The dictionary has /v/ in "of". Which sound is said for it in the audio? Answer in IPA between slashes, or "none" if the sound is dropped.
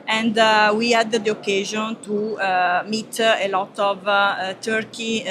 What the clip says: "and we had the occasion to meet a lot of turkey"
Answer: /v/